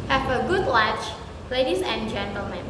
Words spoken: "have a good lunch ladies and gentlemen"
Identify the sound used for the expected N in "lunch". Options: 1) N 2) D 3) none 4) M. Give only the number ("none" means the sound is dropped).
3